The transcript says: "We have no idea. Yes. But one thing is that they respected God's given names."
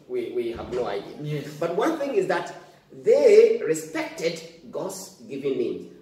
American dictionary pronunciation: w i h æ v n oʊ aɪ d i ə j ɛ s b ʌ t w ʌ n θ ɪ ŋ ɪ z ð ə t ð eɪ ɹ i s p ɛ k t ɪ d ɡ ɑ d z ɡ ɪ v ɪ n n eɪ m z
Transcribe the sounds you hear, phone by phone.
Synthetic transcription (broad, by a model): w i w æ v n oʊ aɪ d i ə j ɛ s b ʌ t w ʌ n θ ɪ ŋ ɪ z ð ə t ð eɪ ɹ i s p ɛ k t ɪ d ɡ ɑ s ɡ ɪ v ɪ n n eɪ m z